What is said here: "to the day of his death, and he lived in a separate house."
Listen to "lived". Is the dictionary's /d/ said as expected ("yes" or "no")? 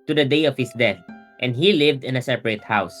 yes